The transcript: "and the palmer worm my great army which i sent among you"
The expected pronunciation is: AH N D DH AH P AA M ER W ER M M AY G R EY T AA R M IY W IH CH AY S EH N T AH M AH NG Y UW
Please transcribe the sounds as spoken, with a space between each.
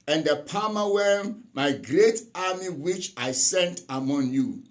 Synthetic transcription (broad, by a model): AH N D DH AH P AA M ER W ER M M AY G R EY T AA M IY W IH CH AY S EH N T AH M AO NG Y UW